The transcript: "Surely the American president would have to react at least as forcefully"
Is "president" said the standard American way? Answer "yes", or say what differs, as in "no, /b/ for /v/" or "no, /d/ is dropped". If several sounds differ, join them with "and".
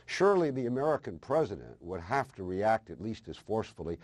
yes